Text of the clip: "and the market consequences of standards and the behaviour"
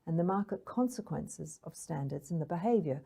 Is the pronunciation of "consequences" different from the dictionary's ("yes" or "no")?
no